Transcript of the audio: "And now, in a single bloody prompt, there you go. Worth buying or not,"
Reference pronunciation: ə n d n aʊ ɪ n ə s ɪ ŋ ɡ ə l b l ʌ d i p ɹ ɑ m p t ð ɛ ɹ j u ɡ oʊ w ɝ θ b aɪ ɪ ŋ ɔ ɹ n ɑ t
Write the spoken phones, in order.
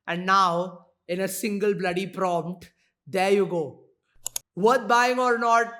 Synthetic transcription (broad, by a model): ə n d n aʊ ɪ n ə s ɪ ŋ ɡ ə l b l ʌ d i p ɹ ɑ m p t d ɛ ɹ j u ɡ oʊ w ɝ t b aɪ ɪ ŋ ɔ ɹ n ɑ t